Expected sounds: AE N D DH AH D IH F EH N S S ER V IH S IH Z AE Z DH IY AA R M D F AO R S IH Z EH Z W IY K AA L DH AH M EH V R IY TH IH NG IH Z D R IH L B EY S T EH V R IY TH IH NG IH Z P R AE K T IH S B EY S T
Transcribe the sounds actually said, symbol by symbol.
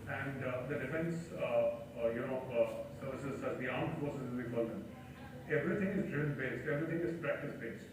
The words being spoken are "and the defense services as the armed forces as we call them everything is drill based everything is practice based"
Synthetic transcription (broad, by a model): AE N D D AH D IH F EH N S S ER V IH S IH Z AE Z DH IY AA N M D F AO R S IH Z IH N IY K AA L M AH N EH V R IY T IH NG IH Z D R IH N B EY S T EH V R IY T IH NG IH Z P R AE K T IH S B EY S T